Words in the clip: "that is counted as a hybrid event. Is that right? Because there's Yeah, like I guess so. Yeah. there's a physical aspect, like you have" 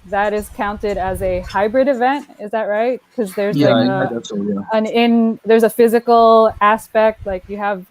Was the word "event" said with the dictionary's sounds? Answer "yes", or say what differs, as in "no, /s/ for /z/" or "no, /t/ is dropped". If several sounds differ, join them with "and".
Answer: yes